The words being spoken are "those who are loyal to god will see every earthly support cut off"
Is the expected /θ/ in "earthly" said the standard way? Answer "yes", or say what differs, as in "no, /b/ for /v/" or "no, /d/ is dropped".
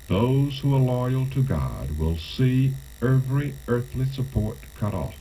yes